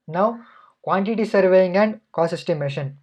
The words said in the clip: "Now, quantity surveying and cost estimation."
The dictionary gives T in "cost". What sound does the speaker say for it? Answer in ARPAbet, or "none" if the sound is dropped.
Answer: none